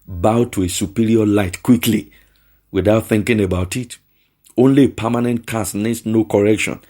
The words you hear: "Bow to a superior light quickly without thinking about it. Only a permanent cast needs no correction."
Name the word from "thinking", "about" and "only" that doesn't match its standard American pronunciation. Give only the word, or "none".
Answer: none